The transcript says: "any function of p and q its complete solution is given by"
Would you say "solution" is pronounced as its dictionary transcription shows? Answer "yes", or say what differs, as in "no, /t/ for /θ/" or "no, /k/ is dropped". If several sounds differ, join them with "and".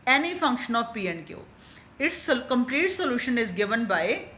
yes